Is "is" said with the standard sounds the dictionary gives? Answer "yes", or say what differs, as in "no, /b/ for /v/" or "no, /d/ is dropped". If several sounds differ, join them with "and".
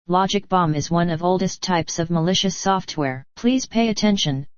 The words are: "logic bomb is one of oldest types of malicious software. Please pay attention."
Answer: yes